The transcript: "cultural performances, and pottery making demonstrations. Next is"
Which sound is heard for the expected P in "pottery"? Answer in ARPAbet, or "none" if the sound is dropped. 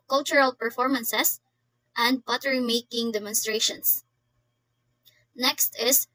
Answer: B